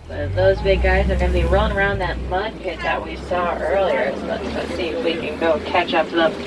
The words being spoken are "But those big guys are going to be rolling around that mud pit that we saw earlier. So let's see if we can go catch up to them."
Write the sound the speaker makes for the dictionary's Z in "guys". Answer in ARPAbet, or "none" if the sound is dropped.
Z